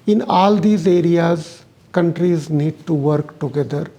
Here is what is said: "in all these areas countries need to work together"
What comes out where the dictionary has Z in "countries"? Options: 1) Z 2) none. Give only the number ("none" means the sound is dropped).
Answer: 1